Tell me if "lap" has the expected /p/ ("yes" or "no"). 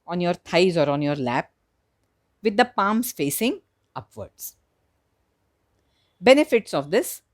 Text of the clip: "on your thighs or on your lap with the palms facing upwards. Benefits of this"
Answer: yes